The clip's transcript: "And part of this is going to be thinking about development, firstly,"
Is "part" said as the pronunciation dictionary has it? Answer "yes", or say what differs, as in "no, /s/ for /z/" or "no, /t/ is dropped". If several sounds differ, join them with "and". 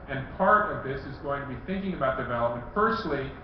yes